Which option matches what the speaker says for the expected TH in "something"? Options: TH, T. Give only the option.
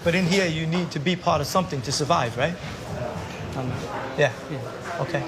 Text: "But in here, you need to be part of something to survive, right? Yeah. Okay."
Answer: TH